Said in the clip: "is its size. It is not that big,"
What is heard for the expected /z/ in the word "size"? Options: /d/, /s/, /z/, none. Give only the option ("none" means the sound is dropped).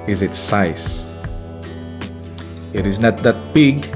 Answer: /s/